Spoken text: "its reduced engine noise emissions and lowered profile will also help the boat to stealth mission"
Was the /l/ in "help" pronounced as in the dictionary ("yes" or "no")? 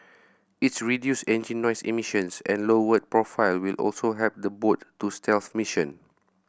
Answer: no